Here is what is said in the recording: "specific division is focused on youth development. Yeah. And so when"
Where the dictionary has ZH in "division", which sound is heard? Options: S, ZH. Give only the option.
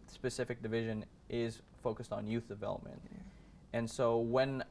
ZH